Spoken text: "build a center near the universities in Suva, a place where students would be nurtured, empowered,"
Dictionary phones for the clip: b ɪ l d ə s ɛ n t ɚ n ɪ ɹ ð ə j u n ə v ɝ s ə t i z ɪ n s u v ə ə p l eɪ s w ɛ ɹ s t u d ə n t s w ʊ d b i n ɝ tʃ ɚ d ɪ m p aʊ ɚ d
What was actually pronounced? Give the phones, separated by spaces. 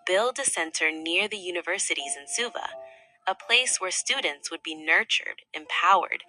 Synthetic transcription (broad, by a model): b ɪ l d ə s ɛ n t ɚ n ɪ ɹ ð ə j u n ə v ɝ s ə t i z ɪ n s u v ə ə p l eɪ s w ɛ ɹ s t u d n t s w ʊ d b i n ɝ tʃ ɚ d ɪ m p aʊ ɚ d